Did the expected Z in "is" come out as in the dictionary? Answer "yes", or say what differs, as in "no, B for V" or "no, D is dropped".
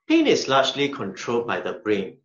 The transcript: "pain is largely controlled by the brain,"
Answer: no, S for Z